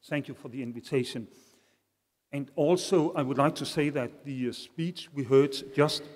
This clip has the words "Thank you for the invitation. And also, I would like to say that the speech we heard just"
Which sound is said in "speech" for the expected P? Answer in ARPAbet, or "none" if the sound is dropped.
P